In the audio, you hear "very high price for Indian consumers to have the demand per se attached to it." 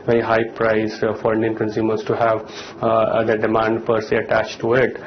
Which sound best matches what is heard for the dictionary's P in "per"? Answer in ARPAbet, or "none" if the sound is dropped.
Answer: P